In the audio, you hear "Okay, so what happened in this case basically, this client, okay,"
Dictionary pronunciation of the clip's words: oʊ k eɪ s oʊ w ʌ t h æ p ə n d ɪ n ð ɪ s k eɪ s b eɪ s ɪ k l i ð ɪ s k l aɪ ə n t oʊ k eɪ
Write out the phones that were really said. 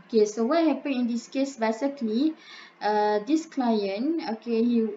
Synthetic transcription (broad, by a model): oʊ k eɪ s oʊ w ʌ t h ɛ p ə n ɪ n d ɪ s k eɪ s b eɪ s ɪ k l i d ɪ s k l aɪ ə n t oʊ k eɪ